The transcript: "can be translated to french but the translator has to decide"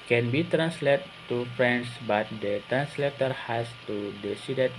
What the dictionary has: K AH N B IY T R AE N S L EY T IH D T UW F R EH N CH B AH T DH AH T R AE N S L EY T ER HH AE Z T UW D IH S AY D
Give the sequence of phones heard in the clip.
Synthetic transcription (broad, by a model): K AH N B IY T R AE N S L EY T T UW F R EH N S B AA T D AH T R AE N S L EY T ER HH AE S T UW D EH S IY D